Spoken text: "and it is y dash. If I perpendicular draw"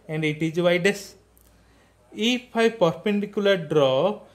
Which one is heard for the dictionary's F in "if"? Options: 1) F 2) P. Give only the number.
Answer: 2